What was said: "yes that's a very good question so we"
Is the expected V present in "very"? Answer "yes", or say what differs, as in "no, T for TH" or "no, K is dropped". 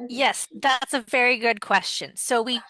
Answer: yes